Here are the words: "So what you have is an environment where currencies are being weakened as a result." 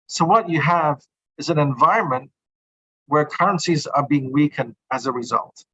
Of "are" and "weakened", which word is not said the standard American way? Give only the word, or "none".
none